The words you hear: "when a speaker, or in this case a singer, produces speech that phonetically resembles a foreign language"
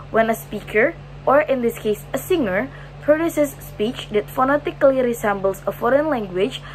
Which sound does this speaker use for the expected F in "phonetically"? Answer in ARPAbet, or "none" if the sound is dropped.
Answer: F